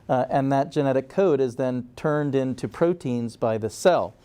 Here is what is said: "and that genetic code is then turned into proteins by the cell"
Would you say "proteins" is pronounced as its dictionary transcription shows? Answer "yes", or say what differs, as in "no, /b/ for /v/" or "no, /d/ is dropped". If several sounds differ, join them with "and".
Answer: yes